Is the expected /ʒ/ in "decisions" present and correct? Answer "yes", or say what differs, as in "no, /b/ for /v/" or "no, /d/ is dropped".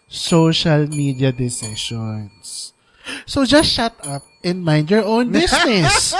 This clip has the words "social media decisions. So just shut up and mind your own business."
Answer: no, /ʃ/ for /ʒ/